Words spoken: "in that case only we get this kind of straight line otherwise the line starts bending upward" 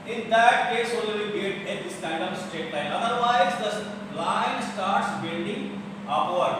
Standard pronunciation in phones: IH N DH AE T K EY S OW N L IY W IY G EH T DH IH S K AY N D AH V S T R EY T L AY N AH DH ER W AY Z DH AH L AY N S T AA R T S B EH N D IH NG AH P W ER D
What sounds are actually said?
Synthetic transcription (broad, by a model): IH N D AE T K EY S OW L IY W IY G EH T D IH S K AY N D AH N S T EY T L AY N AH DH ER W AY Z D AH L AY N S T AA R T S B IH L D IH NG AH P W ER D